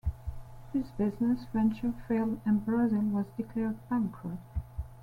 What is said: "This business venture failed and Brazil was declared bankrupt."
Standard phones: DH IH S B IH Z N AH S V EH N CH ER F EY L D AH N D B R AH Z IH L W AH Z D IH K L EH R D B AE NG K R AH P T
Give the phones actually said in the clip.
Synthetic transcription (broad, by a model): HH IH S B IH Z N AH S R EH N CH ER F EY L AH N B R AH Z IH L W AH Z D IH K L EH R D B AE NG K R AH T